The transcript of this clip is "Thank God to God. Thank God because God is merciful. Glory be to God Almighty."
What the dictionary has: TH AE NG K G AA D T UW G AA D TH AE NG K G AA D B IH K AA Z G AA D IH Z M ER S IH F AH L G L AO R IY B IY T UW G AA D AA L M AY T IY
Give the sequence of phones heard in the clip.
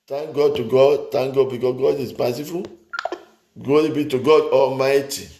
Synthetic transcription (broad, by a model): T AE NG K G AA D T UW G AA D T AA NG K G AA D B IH K AA S G AA D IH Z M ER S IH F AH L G AO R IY B IY T UW G AA D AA L M AY T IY